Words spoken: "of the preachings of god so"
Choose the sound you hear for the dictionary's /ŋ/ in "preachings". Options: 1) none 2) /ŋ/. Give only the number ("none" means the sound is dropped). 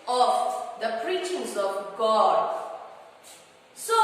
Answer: 1